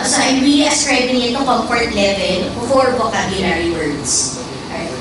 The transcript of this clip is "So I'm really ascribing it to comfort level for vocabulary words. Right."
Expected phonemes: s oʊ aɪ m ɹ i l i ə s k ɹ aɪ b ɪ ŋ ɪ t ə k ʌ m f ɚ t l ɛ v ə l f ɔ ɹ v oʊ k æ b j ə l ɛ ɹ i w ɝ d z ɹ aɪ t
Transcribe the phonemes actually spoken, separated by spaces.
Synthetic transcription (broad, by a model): s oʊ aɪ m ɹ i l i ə s k ɹ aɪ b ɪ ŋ ɪ t ə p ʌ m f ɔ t l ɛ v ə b f ɔ ɹ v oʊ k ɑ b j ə n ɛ ɹ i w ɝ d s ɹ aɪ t